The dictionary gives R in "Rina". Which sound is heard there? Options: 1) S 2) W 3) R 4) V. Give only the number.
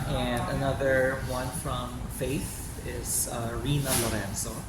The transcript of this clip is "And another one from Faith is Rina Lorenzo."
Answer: 3